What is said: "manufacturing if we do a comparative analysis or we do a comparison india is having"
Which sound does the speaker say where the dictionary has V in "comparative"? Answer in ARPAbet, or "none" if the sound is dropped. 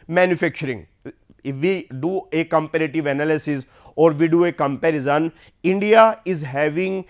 V